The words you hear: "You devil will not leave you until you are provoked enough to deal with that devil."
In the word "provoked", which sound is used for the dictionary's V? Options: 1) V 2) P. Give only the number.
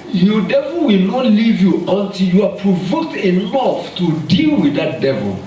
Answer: 1